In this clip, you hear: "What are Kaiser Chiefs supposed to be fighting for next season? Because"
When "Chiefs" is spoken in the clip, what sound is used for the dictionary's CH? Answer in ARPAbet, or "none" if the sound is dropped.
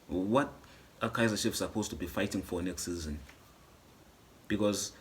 SH